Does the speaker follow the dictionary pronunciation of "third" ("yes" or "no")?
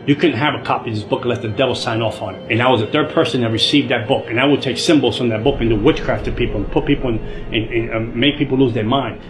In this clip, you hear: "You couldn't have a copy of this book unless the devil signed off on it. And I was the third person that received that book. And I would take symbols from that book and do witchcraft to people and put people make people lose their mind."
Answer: yes